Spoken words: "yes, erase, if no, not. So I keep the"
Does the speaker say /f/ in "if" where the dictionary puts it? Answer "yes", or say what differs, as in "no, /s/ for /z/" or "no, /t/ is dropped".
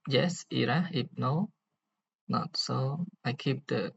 no, /p/ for /f/